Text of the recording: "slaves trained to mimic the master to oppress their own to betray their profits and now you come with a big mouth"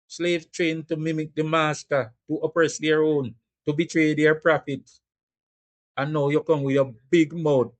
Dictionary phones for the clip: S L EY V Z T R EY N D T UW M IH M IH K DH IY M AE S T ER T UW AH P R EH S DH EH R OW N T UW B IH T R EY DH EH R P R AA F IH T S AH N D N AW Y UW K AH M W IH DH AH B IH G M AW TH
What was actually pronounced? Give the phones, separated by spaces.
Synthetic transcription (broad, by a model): S L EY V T R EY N T UW M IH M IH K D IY M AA S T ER T UW AH P R EH S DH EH R OW N T UW B IH T R EY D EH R P R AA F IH T AH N N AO Y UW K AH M W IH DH AH B IH G M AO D